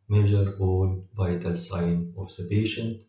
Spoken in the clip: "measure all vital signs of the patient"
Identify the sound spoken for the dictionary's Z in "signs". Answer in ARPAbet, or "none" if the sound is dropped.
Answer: none